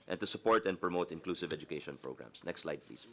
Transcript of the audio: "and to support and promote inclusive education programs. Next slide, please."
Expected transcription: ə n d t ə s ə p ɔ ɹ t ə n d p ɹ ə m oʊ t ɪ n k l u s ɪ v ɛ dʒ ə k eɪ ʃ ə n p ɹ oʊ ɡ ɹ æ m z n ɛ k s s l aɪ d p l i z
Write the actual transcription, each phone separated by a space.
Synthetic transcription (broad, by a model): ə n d t ə s ə p ɔ ɹ t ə n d p ɹ ə m oʊ t ɪ n k l u s ɪ v ɛ dʒ ə k eɪ ʃ ə n p ɹ oʊ ɡ ɹ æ m s n ɛ k s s l aɪ d p l i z